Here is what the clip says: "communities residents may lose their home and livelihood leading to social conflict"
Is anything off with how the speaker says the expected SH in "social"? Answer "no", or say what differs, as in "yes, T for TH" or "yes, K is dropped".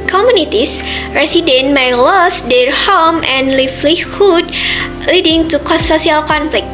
yes, S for SH